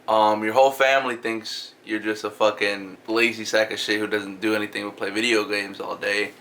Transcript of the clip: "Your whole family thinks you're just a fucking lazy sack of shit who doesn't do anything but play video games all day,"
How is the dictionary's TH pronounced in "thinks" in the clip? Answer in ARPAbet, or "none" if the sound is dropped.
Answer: TH